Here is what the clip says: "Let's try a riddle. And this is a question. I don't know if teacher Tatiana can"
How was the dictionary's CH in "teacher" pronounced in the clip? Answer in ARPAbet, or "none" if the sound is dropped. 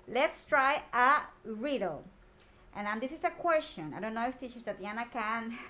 SH